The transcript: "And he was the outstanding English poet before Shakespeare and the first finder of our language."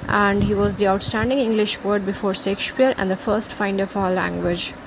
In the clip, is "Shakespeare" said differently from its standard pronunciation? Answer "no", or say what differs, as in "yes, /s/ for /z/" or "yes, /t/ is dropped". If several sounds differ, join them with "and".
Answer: yes, /s/ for /ʃ/